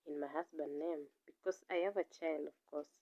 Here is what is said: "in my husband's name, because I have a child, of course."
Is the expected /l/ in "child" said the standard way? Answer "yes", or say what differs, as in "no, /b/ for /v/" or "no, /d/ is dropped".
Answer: yes